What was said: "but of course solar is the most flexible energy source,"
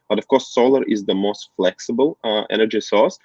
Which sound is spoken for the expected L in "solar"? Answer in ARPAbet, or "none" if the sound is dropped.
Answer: L